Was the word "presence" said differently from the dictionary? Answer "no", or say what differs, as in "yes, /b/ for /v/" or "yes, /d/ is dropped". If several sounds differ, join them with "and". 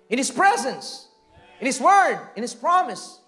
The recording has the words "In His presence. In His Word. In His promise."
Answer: no